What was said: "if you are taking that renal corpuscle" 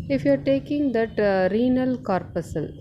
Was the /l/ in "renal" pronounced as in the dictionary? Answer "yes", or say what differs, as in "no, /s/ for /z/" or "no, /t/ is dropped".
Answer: yes